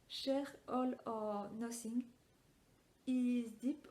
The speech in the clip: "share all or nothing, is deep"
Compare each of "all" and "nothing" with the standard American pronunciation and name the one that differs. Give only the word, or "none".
nothing